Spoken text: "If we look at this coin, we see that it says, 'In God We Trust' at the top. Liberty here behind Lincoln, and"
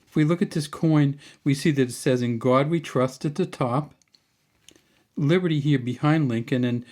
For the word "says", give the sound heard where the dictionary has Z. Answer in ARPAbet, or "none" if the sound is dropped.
Z